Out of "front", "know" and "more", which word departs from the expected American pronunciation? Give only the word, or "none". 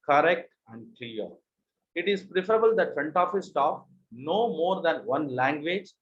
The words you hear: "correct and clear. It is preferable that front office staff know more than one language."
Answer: front